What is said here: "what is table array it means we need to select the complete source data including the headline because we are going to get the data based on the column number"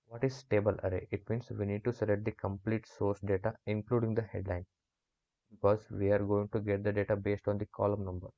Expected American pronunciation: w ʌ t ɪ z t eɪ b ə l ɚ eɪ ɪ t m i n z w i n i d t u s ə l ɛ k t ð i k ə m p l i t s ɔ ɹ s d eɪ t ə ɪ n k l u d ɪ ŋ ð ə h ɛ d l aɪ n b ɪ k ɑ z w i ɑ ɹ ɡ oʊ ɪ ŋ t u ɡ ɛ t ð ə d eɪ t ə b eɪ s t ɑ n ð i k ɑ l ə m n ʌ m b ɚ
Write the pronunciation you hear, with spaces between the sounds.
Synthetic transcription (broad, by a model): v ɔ t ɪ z t eɪ b ə l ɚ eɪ ɪ t m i n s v i n i d t u s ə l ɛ t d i k ə m p l i t s ɔ ɹ s d eɪ t ə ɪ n k l u d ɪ ŋ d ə h ɛ d l aɪ n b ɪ k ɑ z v i ɑ ɹ ɡ oʊ ɪ ŋ t u ɡ ɛ t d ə d eɪ t ə b eɪ s t ɑ n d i k ɑ l ə m n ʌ m b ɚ